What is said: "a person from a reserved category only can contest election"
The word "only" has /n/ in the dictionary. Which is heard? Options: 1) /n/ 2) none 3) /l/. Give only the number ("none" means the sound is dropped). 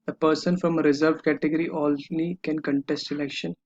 3